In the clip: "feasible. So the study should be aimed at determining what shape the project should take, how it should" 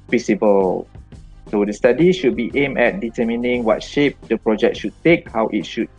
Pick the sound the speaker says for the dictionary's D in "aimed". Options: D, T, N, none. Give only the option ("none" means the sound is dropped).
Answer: none